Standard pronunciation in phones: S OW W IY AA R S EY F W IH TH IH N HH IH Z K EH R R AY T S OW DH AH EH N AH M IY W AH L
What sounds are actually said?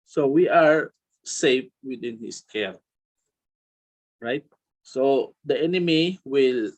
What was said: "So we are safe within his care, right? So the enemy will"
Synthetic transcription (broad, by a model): S OW W IY AA R S EY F W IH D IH N HH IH S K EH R R AY T S OW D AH EH N AH M IY W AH L